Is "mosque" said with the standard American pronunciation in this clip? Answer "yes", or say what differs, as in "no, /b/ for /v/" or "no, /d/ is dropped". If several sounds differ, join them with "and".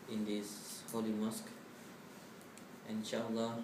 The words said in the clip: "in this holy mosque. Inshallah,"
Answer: yes